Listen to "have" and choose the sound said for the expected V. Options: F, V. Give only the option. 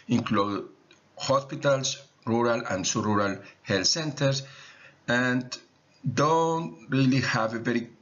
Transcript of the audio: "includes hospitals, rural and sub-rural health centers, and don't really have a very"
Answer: V